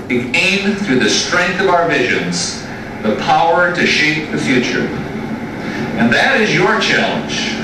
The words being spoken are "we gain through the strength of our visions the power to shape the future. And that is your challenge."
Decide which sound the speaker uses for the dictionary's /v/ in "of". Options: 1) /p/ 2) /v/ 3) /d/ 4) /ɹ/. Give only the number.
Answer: 2